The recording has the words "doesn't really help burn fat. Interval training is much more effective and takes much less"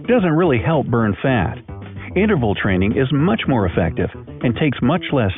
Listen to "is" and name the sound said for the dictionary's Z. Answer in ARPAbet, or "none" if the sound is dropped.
Z